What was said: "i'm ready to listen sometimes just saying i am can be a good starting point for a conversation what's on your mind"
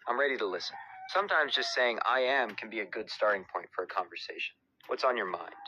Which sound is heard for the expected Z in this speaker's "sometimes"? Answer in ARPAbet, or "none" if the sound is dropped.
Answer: Z